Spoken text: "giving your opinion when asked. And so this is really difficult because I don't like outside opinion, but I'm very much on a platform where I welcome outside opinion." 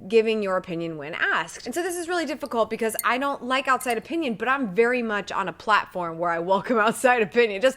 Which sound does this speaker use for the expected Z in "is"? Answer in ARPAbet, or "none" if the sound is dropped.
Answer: Z